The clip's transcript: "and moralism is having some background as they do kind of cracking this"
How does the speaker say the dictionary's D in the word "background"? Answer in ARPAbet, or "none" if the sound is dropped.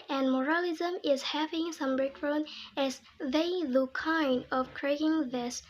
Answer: none